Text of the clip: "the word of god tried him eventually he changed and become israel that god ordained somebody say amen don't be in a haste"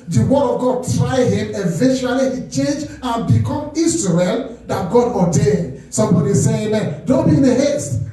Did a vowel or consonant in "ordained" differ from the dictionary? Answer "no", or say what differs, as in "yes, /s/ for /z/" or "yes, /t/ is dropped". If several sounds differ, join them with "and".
yes, /n/ is dropped